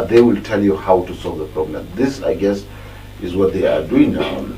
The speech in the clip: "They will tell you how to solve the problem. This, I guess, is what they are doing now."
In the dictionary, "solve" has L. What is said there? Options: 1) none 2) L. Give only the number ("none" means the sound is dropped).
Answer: 2